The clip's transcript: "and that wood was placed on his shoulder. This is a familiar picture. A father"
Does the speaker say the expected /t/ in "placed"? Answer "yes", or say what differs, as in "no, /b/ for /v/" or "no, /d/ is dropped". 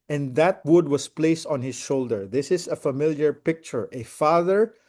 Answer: yes